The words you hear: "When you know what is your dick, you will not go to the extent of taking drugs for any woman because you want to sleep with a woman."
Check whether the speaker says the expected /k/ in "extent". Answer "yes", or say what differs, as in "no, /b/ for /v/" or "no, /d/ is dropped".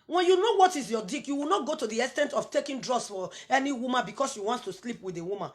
no, /k/ is dropped